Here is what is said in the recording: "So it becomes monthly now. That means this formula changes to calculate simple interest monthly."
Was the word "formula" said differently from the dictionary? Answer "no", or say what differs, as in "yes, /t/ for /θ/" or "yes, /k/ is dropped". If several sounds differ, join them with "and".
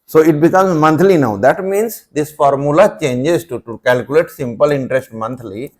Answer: no